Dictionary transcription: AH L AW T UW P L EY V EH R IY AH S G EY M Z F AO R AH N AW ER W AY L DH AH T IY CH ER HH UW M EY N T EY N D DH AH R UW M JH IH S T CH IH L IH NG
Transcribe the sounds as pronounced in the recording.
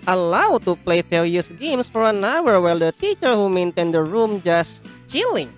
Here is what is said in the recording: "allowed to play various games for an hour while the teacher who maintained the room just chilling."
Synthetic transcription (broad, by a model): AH L AW T UW P L EY F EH L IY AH S G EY M S F AO R AH N AW ER W AY L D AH T IY CH ER HH UW M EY N T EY N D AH R UW M JH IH S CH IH L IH NG